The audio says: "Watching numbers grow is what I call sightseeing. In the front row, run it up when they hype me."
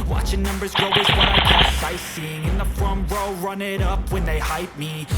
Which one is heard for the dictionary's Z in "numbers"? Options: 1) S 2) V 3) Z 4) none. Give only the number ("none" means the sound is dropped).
3